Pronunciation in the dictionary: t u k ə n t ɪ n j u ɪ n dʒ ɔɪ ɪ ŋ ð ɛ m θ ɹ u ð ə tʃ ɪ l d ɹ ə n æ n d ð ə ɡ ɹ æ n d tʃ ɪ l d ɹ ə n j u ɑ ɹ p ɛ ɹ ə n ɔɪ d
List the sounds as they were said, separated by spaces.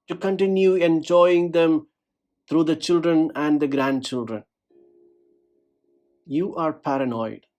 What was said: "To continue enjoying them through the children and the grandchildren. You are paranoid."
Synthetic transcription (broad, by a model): t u k ə n t ɪ n j u ɪ n dʒ ɔɪ ɪ ŋ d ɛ m t ɹ u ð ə tʃ ɪ l d ɹ ə n æ n d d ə ɡ ɹ æ n d tʃ ɪ l d ɹ ə n j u ɑ ɹ p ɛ ɹ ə n ɔɪ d